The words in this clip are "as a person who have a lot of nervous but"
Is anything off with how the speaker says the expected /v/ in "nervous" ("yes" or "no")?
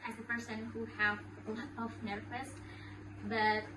yes